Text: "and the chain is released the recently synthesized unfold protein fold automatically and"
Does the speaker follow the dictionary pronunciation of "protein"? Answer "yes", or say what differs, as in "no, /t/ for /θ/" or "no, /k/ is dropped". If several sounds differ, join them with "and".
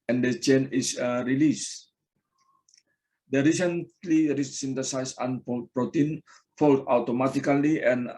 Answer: yes